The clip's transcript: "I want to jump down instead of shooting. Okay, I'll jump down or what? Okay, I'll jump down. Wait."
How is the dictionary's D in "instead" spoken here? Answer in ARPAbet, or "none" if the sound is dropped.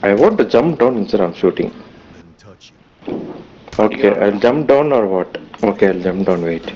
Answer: none